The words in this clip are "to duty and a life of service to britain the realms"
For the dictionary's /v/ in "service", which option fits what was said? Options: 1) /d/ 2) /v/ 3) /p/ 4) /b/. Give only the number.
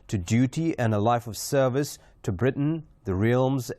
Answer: 2